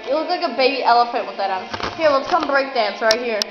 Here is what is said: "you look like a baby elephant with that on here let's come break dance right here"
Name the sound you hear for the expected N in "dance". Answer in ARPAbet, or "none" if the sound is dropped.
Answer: N